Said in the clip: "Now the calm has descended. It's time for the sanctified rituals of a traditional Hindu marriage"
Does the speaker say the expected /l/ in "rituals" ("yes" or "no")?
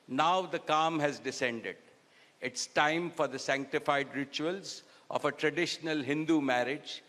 yes